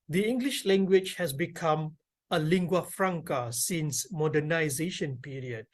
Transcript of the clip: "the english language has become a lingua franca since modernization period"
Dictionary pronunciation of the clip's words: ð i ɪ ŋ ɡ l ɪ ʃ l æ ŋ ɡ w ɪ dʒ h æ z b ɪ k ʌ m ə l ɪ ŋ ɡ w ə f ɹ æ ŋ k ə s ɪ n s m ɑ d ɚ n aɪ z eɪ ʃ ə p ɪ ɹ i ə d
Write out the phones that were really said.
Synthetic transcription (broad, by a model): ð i ɪ ŋ ɡ l ɪ ʃ l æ ŋ ɡ w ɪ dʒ h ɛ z b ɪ k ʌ m ə l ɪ ŋ ɡ w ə f ɹ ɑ ŋ k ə s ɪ n s m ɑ d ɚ n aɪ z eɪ ʃ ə p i ɹ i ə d